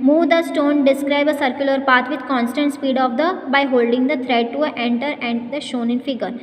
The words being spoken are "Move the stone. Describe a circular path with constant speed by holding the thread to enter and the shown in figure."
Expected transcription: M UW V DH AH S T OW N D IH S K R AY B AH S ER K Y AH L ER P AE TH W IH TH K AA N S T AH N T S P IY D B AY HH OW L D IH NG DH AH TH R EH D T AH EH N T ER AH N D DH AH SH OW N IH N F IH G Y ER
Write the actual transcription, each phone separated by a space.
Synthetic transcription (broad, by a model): M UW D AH S T OW N D IH S K R AY B AH S ER K Y AH L ER P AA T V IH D K AA N S T AH N T S P IY D B AY HH OW L D IH NG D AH T R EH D T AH EH N T ER AH N D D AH SH OW N IH N F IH G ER